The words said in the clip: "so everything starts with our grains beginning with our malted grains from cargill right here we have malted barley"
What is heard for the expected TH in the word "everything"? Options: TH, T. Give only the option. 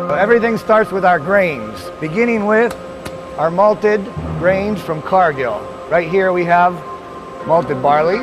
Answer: TH